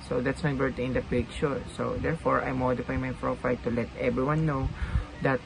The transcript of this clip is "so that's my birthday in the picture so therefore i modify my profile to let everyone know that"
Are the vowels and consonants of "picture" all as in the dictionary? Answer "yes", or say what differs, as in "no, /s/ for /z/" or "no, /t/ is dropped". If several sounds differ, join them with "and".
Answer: no, /ʃ/ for /tʃ/